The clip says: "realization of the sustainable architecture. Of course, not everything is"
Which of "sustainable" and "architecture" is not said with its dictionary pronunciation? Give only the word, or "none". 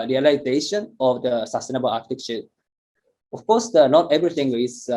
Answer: architecture